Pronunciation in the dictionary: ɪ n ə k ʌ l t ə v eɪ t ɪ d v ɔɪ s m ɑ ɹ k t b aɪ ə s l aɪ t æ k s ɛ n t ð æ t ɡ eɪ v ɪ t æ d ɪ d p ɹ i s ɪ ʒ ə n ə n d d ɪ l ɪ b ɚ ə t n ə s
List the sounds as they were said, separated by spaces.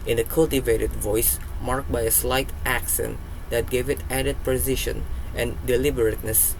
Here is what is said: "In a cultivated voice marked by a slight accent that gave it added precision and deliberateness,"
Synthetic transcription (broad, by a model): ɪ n ə k ʌ l t ə v eɪ t ɪ d v ɔɪ s m ɑ ɹ k t b aɪ ə s l aɪ t æ k s ɛ n t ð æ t ɡ eɪ v ɪ t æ d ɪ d p ɹ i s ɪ ʃ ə n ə n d d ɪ l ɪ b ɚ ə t n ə s